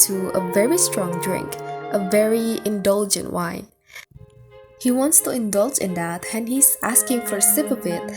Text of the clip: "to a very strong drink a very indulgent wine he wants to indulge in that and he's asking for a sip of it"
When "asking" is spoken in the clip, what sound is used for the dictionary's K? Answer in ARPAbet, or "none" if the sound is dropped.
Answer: K